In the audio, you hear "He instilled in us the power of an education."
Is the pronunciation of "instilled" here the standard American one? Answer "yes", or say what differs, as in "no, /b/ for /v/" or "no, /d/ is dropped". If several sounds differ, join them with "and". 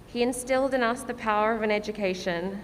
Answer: yes